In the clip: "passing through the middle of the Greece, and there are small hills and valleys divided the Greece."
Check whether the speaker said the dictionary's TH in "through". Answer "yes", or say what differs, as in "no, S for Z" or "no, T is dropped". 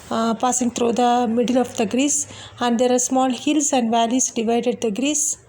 no, T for TH